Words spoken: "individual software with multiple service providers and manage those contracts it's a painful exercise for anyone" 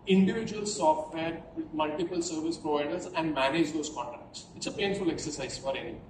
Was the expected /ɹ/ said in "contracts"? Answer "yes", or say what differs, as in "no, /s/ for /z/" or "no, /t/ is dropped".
no, /ɹ/ is dropped